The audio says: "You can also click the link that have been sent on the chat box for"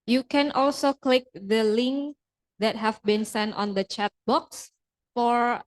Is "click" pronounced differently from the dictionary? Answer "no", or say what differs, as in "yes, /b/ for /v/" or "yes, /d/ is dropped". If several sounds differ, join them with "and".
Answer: no